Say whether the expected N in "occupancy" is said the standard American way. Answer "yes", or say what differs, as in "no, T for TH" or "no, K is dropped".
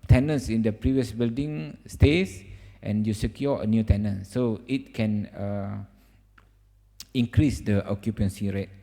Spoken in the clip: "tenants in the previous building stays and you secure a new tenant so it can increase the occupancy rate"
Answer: yes